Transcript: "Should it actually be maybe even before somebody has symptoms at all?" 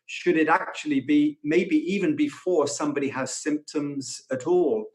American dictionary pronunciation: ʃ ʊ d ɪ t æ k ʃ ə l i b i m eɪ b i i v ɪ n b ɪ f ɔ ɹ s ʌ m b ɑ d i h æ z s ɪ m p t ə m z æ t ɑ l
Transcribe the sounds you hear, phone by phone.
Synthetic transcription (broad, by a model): ʃ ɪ d ɪ t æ k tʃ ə l i b i m eɪ b i i v ɪ n b ɪ f ɔ ɹ s ʌ m b ɑ d i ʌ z s ɪ m p t ə m z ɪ t ɑ l